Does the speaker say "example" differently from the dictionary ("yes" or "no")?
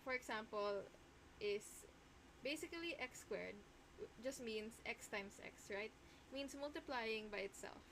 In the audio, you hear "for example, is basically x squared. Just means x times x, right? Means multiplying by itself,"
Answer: yes